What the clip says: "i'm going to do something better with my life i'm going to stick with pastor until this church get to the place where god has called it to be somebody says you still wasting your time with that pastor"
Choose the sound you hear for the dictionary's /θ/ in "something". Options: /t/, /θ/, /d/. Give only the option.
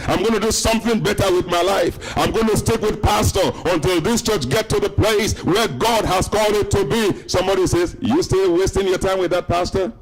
/θ/